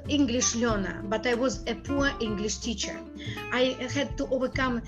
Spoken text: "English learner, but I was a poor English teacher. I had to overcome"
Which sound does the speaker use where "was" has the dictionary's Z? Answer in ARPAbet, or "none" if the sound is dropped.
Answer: Z